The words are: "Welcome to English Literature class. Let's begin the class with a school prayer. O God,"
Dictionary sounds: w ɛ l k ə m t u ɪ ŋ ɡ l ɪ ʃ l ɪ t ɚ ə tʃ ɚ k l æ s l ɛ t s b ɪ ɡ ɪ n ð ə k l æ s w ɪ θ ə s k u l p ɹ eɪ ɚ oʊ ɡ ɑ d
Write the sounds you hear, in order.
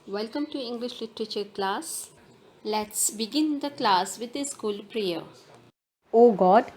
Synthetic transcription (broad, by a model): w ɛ l k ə m t u ɪ ŋ ɡ l ɪ ʃ l ɪ t ɚ ə tʃ ɚ k l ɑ s l ɛ t s b ɪ ɡ ɪ n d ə k l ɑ s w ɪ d ə s k u l p ɹ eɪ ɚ oʊ ɡ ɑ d